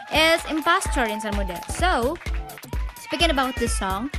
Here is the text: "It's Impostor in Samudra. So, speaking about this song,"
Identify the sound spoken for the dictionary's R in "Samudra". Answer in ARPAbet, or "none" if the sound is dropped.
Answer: none